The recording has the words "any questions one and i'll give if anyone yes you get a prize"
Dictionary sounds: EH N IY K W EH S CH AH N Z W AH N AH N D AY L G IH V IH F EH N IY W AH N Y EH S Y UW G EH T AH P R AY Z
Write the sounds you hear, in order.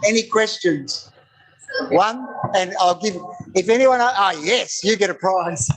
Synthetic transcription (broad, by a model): EH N IY K W EH S CH AH N Z W AH N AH N AY L G IH V IH F EH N IY W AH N Y EH S Y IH G EH T AH P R AY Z